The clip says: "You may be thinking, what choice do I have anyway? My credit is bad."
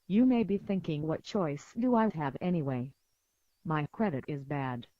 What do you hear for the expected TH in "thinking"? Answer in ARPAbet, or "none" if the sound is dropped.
TH